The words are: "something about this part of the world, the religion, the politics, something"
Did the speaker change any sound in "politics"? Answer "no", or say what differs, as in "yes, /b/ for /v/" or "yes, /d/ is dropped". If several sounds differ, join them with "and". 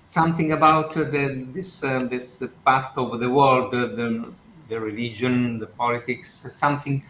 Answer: no